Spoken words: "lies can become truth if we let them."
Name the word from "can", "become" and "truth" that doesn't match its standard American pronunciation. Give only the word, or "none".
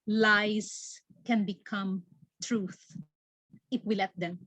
none